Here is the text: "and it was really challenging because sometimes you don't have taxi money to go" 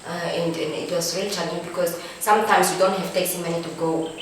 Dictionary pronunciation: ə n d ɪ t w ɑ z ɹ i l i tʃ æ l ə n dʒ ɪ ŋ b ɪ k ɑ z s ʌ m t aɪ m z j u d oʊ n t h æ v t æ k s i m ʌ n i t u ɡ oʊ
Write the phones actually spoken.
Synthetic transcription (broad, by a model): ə n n ɪ t w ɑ s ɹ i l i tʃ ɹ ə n ɪ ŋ b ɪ k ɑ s s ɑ m t aɪ m s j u d oʊ n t h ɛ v t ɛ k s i m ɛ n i t u ɡ oʊ